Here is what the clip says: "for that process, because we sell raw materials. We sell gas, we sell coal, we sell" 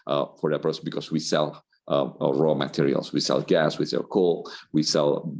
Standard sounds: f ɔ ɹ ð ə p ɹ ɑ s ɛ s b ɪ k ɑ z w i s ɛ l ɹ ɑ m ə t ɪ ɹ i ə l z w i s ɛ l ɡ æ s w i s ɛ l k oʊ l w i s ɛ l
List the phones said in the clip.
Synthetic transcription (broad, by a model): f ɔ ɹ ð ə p ʌ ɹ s b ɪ k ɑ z w i s ɛ l ɹ ɑ m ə t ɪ ɹ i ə l s w i s ɛ l ɡ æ s w i s ɛ l k oʊ l w i s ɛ l